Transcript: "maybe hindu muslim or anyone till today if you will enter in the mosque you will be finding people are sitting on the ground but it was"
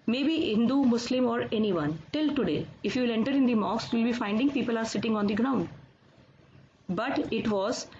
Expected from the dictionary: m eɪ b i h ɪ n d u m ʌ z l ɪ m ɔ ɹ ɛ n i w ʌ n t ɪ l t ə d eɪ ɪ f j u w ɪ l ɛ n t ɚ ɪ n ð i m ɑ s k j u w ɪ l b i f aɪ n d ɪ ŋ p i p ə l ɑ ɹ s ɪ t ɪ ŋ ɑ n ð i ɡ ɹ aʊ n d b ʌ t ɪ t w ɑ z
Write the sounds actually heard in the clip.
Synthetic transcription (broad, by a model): m eɪ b i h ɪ n d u m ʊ s l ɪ m ɔ ɹ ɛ n i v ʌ n t ɪ l t ə d eɪ ɪ f j u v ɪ l ɛ n t ɚ ɪ n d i m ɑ k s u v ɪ l b i f aɪ n d ɪ ŋ p i p ə l ɑ ɹ s ɪ t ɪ ŋ ɑ n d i ɡ ɹ aʊ n d b ʌ t ɪ t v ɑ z